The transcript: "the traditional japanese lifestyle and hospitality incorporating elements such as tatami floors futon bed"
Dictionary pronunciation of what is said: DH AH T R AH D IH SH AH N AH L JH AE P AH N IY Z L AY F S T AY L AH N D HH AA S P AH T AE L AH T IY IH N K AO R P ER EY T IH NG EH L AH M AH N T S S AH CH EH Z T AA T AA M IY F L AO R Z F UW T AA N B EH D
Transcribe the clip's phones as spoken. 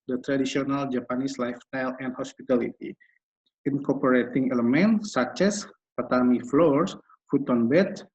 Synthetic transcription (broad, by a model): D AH T R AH D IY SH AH N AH L JH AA P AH N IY S L AY F S T AY L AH N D HH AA S P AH T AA L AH T IY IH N K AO P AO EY T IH NG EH L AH M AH N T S S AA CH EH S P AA T AA M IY F L AO R S F UW T AA N B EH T